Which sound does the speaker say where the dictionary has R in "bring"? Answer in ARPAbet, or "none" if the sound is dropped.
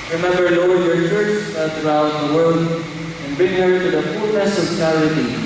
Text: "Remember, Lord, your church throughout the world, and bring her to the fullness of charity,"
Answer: none